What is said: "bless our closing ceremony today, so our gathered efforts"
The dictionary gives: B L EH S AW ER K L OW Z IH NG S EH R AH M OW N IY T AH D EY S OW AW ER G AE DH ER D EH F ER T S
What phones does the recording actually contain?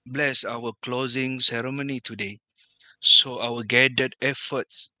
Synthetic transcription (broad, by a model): B L EH S AW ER K L OW Z IH NG S EH R AH M OW N IY T AH D EY S OW AW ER G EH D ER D EH F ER T S